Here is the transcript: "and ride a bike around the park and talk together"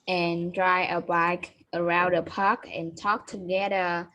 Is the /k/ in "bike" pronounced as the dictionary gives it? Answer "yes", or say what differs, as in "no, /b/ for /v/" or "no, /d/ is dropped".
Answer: yes